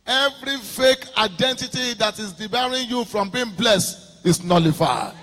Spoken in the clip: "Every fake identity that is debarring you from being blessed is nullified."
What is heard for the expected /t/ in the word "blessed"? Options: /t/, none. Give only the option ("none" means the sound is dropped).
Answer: /t/